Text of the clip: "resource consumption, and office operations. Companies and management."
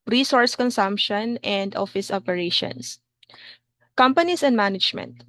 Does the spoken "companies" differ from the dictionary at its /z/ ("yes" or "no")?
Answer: yes